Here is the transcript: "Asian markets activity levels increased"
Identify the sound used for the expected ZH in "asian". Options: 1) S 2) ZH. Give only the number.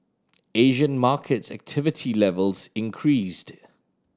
2